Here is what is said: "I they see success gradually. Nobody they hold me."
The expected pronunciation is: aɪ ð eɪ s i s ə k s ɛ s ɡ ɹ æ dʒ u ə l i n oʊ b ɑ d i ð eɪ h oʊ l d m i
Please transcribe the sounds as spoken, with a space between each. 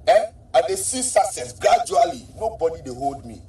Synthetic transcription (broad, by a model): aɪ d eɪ s i s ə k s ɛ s ɡ ɹ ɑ dʒ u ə l i n oʊ b ɑ d i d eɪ h oʊ l d m i